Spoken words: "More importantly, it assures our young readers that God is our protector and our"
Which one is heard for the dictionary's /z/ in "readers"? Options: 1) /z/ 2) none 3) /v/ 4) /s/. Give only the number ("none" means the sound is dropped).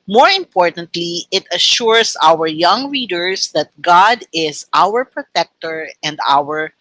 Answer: 4